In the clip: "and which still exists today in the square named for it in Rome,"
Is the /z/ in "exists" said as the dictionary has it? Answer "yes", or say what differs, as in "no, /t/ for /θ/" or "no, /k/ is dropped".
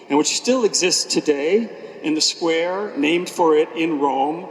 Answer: yes